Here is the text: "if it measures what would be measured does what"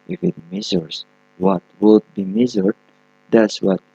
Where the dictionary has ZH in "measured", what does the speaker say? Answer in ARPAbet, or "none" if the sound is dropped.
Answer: Z